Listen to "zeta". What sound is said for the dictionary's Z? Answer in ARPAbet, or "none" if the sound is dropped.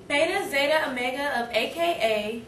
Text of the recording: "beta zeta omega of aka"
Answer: Z